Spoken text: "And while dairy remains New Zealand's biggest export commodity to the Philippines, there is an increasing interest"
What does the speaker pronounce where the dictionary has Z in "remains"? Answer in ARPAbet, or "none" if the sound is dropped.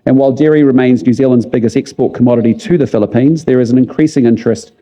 Z